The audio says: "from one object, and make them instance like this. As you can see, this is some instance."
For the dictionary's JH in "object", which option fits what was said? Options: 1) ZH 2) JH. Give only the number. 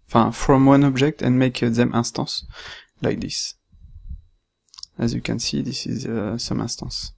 2